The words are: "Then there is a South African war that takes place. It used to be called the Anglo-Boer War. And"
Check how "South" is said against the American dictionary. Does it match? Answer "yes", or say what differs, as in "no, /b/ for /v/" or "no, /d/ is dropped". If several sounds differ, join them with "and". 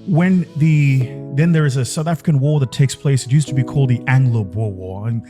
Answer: yes